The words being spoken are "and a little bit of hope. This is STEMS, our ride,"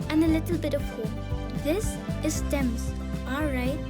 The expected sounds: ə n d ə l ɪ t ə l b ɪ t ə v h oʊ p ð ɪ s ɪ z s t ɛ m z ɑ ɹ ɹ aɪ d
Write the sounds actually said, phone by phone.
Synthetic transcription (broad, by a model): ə n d ə l ɪ t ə l b ɪ t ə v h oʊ ð ɪ s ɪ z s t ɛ m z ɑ l ɹ aɪ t